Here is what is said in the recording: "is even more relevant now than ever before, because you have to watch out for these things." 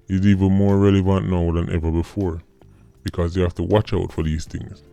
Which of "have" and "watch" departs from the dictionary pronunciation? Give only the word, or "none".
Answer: have